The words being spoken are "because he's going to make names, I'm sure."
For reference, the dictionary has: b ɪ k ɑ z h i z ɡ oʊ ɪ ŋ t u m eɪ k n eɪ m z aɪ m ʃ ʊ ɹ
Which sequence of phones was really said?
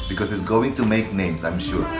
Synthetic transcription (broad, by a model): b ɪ k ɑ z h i s ɡ oʊ ɪ ŋ t u m eɪ k n eɪ m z aɪ m ʃ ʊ ɹ